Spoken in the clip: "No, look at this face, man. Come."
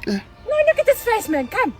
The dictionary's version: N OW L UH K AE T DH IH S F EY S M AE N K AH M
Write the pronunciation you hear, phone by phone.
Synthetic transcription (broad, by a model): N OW N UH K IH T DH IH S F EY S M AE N K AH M